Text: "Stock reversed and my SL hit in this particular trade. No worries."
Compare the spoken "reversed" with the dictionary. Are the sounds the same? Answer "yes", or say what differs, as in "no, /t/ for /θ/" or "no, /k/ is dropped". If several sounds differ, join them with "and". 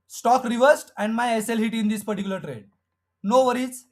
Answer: yes